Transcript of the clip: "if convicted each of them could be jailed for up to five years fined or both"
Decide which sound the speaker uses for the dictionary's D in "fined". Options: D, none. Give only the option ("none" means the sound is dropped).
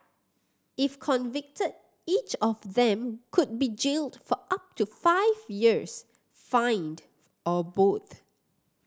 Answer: D